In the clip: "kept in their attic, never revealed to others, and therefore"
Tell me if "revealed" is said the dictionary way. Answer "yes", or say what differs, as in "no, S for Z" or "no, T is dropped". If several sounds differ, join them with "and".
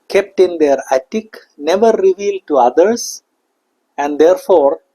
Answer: yes